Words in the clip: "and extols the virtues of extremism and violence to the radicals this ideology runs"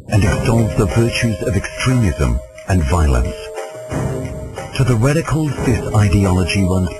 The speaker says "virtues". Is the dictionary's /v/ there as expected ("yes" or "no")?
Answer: yes